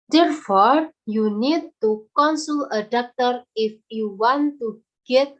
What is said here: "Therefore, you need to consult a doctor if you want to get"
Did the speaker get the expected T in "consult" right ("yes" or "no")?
no